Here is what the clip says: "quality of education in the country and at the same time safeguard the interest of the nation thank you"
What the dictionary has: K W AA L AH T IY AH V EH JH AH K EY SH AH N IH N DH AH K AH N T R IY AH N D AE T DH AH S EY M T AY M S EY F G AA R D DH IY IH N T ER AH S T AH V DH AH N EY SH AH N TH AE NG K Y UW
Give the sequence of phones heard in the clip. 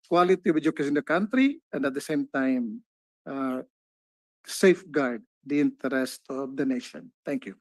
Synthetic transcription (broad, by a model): K W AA L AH T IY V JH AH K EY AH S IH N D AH K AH N T R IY AH N D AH T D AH S EY M T AY M S EY F G AA R D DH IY IH N T ER AH S T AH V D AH N EY SH AH N T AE NG K Y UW